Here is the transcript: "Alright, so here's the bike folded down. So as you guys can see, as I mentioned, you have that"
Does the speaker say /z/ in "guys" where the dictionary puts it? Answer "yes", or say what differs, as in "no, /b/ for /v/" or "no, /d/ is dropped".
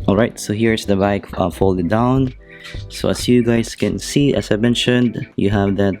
no, /s/ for /z/